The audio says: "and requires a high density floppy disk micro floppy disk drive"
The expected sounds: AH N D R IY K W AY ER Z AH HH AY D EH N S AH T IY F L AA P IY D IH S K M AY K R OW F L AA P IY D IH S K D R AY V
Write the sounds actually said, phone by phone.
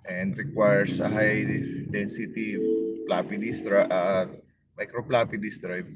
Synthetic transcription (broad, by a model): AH N D R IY K W AY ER S AH HH AY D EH N S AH T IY P L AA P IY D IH S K M AY K R OW P L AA P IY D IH S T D R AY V